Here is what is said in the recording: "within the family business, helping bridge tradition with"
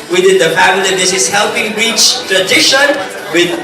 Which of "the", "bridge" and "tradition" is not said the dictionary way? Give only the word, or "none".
bridge